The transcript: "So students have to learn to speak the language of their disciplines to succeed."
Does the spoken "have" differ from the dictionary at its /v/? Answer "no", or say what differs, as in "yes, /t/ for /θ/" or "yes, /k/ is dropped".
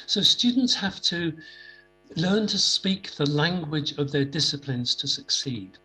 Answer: yes, /f/ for /v/